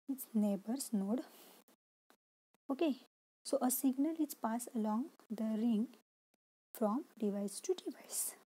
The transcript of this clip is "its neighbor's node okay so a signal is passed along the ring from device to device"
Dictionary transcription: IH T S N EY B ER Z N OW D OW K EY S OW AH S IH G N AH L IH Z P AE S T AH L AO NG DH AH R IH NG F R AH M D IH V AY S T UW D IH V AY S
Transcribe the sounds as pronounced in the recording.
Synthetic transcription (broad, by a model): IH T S N EY B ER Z N OW D OW K EY S OW AH S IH G N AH L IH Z P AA S AH L AO NG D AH R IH NG F R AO M D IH V AY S T UW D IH V AY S